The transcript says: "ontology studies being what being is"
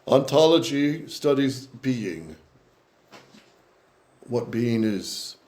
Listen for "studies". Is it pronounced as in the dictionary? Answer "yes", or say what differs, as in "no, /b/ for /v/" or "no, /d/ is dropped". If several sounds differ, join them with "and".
yes